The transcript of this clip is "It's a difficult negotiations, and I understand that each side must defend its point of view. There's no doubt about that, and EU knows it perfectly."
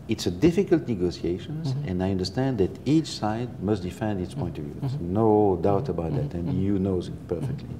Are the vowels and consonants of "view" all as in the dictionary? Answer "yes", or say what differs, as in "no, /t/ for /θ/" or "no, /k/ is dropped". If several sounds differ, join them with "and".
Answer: yes